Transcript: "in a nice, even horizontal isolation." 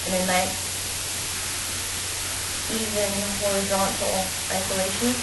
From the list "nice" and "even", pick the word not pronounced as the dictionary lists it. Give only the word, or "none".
nice